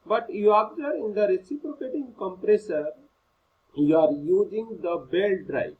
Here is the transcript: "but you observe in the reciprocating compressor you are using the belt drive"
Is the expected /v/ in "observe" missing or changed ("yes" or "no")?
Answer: yes